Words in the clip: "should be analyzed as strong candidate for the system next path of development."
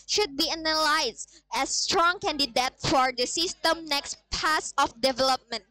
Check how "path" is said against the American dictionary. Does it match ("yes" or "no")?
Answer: no